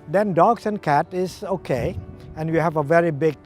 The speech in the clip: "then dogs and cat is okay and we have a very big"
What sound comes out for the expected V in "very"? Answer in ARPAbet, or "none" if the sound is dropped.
V